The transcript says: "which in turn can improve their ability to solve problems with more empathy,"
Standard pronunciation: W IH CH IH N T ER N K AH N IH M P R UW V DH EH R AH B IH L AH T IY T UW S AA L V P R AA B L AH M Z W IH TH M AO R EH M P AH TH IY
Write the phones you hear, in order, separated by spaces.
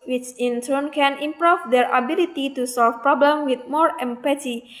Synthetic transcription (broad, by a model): W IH CH IH N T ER N K AH N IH M P R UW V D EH R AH B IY L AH T IY T UW S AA L F P R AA B L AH M W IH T M AO R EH M P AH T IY